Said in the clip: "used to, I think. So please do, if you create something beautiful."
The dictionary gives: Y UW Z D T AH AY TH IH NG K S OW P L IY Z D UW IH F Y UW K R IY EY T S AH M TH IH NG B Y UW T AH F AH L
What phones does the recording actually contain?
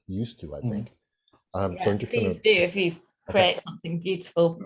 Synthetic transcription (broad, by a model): Y UW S T AH AY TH IH NG K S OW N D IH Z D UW IH F Y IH K R IY EY T S AH M TH IH NG B Y UW T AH F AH L